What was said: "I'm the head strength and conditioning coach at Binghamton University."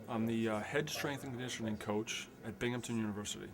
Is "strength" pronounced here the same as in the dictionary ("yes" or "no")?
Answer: yes